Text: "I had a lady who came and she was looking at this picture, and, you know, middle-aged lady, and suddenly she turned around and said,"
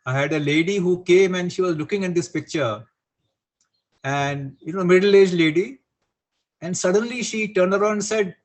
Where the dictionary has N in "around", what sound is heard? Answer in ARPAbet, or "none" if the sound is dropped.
none